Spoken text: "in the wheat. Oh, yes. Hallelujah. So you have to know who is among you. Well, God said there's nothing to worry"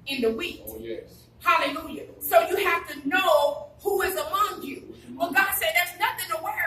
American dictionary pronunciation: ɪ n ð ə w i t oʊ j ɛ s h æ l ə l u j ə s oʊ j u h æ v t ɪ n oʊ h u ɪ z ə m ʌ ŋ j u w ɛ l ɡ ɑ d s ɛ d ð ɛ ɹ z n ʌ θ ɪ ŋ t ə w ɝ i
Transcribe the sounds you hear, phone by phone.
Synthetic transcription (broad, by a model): ɪ n ð ə w i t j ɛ h æ l ə l u j ə s oʊ j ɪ h æ f t ɪ n oʊ h u ɪ z ə m ʌ ŋ j u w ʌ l ɡ ɑ d s ɛ d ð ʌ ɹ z n ʌ θ ɪ ŋ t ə w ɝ